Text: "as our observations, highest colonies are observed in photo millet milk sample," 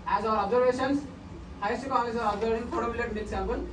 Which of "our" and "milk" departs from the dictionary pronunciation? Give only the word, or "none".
milk